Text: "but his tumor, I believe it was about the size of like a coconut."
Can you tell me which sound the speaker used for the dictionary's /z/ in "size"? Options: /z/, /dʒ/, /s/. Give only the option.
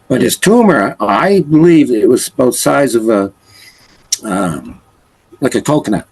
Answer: /z/